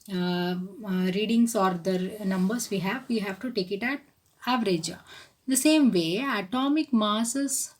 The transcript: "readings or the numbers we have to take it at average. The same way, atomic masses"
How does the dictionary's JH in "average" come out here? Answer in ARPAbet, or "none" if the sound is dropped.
JH